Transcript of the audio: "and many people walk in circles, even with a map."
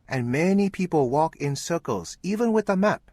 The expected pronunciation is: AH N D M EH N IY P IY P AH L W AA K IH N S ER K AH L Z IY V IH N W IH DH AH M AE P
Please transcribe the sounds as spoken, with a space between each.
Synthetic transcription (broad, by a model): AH N M EH N IY P IY P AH L W AA K IH N S ER K AH L Z IY V IH N W IH DH AH M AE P